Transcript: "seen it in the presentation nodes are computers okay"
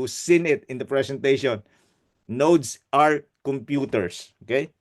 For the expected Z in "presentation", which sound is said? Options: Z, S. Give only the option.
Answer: S